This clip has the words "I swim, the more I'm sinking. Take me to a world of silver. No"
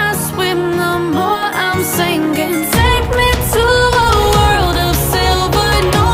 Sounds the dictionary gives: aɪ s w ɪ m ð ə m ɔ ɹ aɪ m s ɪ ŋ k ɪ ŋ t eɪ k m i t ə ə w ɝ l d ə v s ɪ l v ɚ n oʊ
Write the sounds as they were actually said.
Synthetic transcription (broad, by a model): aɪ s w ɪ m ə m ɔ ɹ aɪ m s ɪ ŋ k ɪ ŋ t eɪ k m i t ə ə w ɝ l d ə v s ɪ l b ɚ n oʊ